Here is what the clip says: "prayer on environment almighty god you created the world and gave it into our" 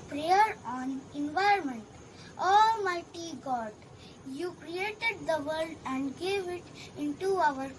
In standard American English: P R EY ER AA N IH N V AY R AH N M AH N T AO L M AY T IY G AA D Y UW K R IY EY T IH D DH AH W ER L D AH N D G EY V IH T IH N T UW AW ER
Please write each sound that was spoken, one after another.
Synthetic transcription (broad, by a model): P R EY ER AA N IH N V AY AH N M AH N T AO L M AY T IY G AA D Y UW K R IY EY T IH D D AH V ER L D AH N D G EY V IH T IH N T UW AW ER